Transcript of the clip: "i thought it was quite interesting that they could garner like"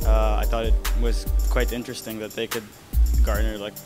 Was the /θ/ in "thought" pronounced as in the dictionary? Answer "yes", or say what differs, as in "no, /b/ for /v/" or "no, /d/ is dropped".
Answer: yes